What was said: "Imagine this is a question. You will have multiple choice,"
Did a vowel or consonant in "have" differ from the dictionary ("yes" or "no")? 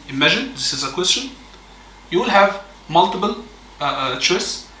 no